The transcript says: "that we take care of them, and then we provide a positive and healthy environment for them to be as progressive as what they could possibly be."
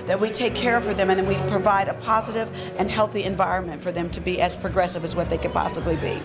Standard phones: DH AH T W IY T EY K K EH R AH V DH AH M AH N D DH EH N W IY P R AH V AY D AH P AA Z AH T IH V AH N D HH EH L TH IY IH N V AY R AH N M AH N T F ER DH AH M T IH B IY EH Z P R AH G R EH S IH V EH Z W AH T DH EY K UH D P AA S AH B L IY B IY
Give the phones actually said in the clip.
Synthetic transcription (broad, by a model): DH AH T W IY T EY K K EH R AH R DH AH M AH N DH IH N W IY P R AH V AY D AH P AA Z AH T IH V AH N HH EH L TH IY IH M V AY R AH N M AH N T F ER DH AH M T IH B IY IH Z P R AH G R EH S IH V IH Z W AH T DH EY K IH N P AA S AH B L IY B IY